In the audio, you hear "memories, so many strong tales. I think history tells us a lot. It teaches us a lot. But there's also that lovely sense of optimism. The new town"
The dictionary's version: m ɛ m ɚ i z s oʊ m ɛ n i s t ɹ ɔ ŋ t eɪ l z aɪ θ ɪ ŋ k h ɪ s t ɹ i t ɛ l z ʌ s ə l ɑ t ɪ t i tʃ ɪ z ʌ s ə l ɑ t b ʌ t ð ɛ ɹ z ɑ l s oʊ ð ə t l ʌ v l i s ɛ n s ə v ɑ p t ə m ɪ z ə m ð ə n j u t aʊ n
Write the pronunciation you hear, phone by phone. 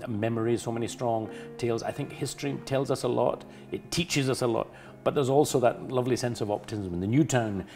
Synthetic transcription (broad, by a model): m ɛ m ɚ i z s oʊ m ɛ n i s t ɹ ɔ ŋ t eɪ l z aɪ θ ɪ ŋ k h ɪ s t ɹ i t ɛ l z ʌ s ə l ɑ t ɪ t i tʃ ɪ z ʌ s ə l ɑ t b ʌ t ð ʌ ɹ z ɑ l s oʊ ð ə t l ʌ v l i s ɛ n s ə v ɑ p t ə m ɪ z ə m ð ə n j u t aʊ n